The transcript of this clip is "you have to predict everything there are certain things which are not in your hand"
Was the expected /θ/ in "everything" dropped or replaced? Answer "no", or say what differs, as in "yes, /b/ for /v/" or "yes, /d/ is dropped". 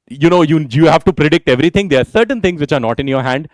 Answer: yes, /t/ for /θ/